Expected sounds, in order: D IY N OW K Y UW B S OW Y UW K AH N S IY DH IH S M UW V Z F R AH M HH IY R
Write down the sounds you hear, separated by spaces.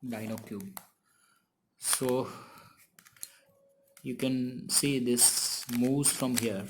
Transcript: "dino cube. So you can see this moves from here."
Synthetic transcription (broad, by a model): D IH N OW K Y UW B S OW Y UW K AH N S IY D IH S M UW Z F R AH M HH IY R